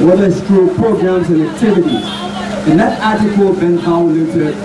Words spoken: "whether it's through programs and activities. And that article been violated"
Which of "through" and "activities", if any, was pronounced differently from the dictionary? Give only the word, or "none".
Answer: through